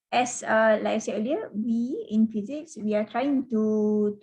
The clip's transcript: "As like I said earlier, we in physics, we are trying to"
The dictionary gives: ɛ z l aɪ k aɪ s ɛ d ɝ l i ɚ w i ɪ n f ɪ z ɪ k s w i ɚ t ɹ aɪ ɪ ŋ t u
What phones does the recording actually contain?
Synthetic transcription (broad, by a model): ɛ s l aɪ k s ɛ ɝ l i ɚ w i ɪ n f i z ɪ k s w i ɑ t ɹ aɪ ɪ ŋ t u